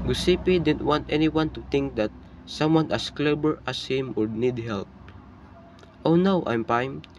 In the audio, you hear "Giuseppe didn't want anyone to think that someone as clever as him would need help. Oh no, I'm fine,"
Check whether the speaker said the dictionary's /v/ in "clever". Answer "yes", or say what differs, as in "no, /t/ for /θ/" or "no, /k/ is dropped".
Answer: no, /b/ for /v/